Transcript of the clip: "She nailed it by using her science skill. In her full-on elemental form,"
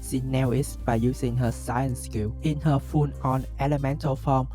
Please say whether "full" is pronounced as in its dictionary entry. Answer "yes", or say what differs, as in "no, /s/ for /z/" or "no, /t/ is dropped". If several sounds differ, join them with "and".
no, /n/ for /l/